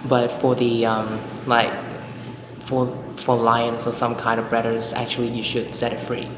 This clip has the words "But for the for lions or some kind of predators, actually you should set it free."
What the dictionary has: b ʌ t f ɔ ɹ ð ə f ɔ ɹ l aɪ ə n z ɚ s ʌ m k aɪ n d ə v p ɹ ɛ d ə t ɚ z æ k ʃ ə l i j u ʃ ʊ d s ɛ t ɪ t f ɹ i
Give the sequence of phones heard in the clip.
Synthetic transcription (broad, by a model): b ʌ t f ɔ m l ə f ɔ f l aɪ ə n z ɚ s ʌ m k aɪ n d ə v b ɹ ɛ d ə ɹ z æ k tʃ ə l i j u ʃ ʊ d s ɛ t ɪ t f ɹ i